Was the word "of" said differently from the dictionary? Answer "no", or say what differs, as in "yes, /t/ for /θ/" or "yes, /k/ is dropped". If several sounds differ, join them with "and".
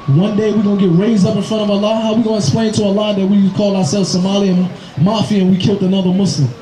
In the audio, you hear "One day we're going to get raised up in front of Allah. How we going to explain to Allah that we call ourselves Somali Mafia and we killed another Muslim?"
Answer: no